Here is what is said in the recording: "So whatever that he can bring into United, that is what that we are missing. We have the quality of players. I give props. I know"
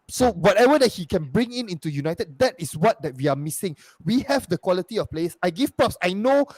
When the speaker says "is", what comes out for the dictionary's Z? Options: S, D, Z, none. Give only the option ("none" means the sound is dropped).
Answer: S